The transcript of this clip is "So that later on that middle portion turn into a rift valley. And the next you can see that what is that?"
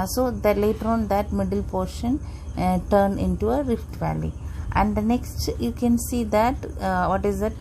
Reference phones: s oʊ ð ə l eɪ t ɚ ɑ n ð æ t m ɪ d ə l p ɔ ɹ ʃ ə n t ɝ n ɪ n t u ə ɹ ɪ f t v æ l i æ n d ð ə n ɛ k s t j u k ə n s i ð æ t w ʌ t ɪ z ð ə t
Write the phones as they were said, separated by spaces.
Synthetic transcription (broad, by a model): s oʊ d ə l eɪ t ɚ ɑ n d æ t m ɪ d ə l p ɔ ɹ ʃ ə n t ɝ n ɪ n t u ə ɹ ɪ f t v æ l i æ n d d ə n ɛ k s t j u k ə n s i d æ t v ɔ t ɪ z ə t